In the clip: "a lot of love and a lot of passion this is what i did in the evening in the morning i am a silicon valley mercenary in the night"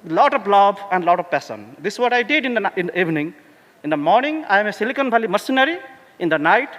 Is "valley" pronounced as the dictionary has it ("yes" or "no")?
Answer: no